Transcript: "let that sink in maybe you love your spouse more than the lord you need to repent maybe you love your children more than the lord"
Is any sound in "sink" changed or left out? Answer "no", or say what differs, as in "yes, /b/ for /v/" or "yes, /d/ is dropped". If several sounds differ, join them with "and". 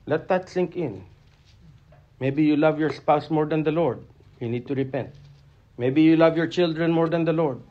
no